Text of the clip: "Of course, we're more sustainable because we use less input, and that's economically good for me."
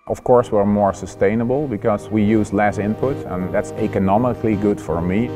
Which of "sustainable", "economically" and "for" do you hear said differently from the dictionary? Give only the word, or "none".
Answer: none